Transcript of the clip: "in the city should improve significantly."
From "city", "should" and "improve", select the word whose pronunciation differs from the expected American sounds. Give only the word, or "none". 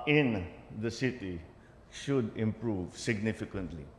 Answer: none